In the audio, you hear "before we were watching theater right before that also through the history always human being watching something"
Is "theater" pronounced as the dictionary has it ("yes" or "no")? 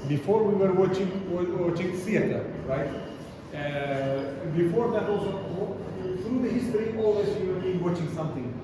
no